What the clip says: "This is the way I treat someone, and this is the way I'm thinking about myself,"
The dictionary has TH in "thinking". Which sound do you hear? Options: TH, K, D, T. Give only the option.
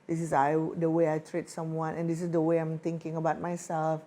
T